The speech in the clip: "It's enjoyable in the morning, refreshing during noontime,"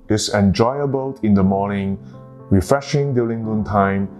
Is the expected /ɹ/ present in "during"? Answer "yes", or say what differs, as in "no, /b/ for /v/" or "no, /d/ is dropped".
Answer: no, /l/ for /ɹ/